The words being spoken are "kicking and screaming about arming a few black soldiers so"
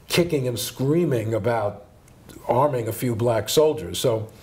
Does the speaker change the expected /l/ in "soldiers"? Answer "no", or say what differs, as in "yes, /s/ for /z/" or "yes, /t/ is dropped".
no